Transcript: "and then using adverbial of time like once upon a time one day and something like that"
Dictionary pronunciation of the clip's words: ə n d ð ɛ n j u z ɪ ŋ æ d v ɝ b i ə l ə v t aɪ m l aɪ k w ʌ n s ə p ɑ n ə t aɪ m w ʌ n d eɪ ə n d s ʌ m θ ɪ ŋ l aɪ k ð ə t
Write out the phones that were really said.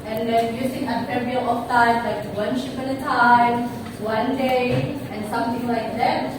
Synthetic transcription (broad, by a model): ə n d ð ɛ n j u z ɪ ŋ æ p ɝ i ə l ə f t aɪ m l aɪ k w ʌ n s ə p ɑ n ə t aɪ m w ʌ n d eɪ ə n s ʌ m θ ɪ ŋ l aɪ k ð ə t